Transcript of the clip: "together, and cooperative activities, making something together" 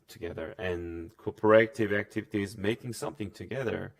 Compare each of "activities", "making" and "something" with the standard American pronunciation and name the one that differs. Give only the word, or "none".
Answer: none